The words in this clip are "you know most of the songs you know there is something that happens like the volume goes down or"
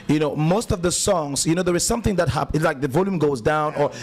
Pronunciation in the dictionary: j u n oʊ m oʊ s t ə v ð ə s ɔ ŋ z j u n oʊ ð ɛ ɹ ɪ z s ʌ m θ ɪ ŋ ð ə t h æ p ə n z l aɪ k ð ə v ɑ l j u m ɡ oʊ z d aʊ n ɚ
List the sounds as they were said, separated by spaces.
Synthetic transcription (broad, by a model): j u n oʊ m oʊ s t ə v ð ə s ɔ ŋ z j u n oʊ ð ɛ ɹ ɪ z s ʌ m θ ɪ ŋ ð ə t h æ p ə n l aɪ k ð ə v ɑ l j u m ɡ oʊ z d aʊ n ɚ